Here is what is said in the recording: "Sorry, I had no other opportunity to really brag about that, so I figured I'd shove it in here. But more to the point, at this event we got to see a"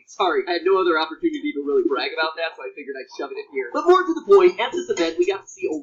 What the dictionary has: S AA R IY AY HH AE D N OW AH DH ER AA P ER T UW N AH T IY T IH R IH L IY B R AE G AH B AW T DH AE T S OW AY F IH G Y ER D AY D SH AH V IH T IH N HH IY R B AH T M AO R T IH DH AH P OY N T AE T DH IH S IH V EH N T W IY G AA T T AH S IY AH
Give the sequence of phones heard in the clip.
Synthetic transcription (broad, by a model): S AA R IY AY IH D N OW AH DH ER AA P ER T UW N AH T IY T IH R IH L IY B R AE G AH B AW T DH AE T S OW AY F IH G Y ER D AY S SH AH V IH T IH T HH IY R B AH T M AO R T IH DH AH B OY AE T DH IH S IH V EH N T W IY G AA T T AH S IY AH